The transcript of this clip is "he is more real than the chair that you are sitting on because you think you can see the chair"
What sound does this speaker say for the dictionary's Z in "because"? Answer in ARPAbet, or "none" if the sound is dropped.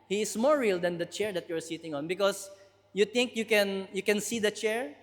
S